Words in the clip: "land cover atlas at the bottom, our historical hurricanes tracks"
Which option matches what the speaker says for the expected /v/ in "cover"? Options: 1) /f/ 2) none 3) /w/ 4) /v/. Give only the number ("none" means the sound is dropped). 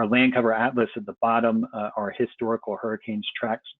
4